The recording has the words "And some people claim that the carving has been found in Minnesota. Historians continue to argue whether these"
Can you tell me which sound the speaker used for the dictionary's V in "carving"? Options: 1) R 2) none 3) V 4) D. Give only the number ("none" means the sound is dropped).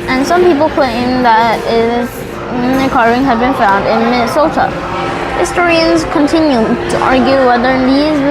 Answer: 2